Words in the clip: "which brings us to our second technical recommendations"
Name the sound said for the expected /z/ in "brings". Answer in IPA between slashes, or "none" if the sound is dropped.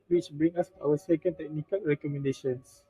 none